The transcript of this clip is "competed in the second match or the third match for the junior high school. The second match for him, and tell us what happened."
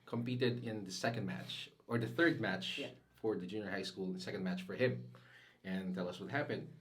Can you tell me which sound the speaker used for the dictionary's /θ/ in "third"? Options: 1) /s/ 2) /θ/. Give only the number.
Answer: 2